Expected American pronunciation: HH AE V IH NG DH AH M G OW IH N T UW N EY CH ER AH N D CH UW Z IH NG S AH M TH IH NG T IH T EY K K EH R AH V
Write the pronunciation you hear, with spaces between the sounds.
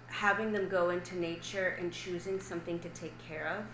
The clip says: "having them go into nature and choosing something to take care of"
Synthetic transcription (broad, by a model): HH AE V IH NG DH AH M G OW IH N T UW N EY CH ER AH N CH UW Z IH NG S AH M TH IH NG T IH T EY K K EH R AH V